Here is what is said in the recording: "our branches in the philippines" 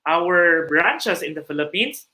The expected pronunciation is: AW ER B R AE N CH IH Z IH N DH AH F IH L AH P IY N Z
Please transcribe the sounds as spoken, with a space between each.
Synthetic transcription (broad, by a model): AW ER B R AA N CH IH S IH N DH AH F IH L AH P IY N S